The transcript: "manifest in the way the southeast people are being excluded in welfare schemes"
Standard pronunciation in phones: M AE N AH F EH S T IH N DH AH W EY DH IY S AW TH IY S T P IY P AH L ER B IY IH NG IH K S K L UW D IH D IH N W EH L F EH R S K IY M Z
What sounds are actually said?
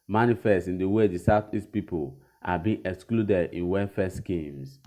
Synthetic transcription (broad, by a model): M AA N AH F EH S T IH N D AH W EY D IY S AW T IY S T P IY P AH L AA B IY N IH K S K L UW D IH D IH N W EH F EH S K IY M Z